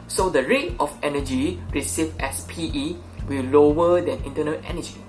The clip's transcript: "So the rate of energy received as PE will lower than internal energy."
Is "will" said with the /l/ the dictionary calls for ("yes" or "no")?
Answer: no